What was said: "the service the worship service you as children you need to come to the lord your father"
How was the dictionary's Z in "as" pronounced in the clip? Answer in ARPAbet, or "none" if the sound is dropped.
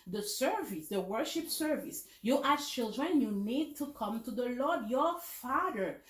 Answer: S